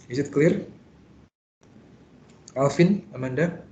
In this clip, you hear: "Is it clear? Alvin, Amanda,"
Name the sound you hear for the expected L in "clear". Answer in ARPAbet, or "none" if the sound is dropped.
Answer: L